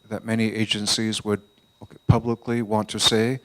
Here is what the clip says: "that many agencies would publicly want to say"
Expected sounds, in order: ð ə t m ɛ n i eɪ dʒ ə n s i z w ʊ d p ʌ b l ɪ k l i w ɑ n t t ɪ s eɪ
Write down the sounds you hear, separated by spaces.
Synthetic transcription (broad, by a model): ð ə t m ɛ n i eɪ dʒ ə n s i z w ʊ d p ʌ b l ɪ k l i w ɑ n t t ɪ s eɪ